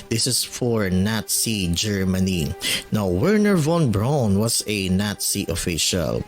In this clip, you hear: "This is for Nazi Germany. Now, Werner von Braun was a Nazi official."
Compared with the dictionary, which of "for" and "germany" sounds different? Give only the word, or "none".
none